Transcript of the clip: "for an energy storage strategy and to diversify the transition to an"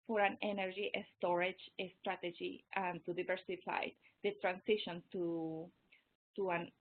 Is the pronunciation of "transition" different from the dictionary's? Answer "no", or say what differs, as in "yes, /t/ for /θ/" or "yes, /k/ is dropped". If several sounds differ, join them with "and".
yes, /s/ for /z/